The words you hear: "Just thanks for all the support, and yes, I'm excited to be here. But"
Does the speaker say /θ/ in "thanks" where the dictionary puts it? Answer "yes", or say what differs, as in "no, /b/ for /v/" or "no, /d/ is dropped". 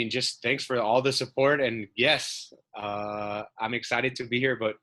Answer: yes